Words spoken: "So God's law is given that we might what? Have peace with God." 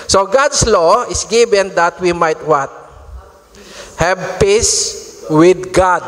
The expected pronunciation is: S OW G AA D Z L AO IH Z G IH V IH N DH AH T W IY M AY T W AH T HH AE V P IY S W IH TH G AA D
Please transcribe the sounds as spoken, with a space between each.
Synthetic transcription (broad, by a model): S OW G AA D S L AO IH S G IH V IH N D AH T W IY M AY T W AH T HH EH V P IY S W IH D G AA D